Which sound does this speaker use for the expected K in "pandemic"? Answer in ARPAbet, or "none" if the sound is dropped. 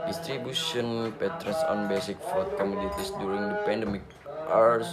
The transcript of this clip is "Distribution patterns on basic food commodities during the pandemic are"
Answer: K